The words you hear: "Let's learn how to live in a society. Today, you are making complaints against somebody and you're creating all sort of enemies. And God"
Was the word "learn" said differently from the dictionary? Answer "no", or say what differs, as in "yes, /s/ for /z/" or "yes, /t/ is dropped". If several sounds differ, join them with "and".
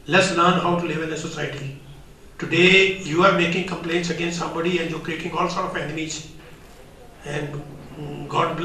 no